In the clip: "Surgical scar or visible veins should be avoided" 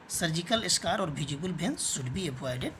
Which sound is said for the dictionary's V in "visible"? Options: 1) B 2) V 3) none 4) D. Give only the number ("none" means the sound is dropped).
1